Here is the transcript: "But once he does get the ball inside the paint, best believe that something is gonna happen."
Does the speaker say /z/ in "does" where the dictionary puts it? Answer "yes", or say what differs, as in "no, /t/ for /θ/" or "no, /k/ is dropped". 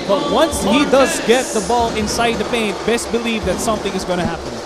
yes